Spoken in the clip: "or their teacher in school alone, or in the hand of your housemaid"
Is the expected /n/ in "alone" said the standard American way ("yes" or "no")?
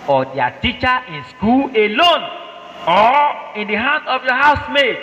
yes